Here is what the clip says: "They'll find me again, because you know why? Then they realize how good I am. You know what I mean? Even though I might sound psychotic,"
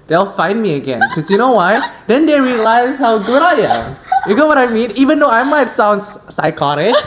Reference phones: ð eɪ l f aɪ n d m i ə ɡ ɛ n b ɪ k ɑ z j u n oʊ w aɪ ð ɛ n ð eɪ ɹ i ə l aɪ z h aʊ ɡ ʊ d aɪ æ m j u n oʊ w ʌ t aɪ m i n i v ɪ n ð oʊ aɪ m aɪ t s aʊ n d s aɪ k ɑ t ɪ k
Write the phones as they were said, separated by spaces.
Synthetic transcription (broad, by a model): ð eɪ l f aɪ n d m i ə ɡ ɛ n k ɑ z j u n oʊ w aɪ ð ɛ n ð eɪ ɹ i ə l aɪ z h aʊ ɡ ʊ d aɪ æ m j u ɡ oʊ w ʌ t aɪ m i n i v ɪ n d oʊ aɪ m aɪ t s aʊ n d s aɪ k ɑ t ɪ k